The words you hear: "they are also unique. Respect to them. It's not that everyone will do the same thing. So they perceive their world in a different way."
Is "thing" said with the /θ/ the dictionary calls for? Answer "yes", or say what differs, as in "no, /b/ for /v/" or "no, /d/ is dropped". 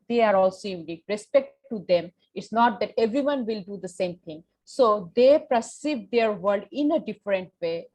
no, /t/ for /θ/